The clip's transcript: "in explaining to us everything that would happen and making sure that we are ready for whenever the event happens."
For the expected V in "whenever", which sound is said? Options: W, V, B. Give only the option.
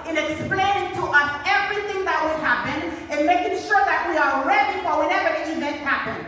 V